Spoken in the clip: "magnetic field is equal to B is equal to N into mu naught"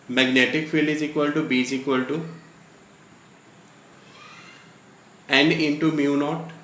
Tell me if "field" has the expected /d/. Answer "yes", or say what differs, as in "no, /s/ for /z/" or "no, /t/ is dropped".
no, /d/ is dropped